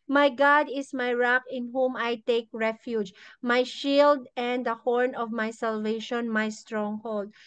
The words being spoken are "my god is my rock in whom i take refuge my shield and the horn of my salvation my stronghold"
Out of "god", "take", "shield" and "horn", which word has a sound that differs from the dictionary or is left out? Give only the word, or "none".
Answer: none